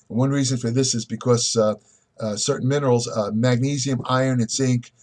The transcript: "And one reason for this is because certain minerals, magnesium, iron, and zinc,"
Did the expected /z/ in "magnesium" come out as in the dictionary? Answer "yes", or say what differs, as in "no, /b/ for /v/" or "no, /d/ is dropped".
yes